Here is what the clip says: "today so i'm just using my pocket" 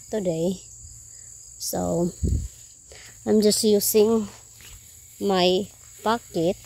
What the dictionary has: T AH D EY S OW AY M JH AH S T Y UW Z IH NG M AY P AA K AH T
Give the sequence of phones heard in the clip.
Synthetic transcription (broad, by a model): T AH D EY S OW AY M JH AH S T Y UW S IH NG M AY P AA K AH T